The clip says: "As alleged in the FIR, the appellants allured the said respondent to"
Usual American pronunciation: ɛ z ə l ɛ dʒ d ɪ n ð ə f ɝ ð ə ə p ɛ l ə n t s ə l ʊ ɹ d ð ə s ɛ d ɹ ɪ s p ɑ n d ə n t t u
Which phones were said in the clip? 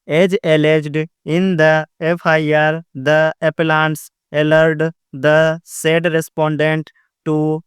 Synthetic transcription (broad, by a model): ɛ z ə l ɛ dʒ d ɪ n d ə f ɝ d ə ə p ɛ l ə n t s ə l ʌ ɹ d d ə s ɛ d ɹ ɪ s p ɑ n d ə n t t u